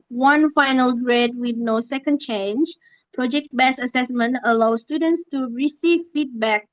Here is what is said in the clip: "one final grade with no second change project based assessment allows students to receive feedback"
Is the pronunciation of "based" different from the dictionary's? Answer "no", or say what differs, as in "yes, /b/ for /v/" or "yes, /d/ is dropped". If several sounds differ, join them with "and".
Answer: yes, /t/ is dropped